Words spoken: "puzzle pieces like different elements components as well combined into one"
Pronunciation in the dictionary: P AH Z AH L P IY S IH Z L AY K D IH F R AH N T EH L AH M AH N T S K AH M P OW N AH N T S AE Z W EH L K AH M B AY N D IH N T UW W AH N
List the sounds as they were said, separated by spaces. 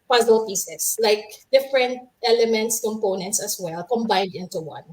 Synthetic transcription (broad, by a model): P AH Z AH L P IY S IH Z L AY K D IH F R AH N T EH L AH M AH N T S K AH M P OW N AH N T S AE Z W EH L K AH M B AY N D IH N T UW W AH N